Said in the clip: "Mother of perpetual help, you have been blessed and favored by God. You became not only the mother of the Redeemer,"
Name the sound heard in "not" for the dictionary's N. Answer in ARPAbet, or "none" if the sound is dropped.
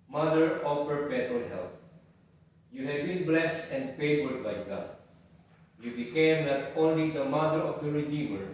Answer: L